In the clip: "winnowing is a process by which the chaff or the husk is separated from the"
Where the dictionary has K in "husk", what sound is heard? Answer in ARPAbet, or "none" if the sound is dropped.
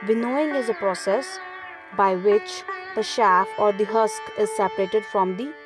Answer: K